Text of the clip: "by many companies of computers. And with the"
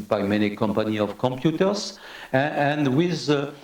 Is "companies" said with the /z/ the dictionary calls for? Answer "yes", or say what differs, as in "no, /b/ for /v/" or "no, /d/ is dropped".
no, /z/ is dropped